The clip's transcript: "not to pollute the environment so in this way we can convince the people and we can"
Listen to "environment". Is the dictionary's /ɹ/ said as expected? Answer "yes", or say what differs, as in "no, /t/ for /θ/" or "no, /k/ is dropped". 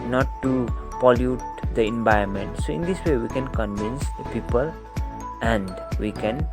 no, /ɹ/ is dropped